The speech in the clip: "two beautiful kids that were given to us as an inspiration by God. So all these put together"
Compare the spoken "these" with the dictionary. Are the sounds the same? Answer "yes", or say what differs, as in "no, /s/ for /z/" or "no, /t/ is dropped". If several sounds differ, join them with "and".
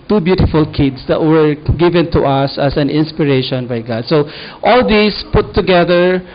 no, /s/ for /z/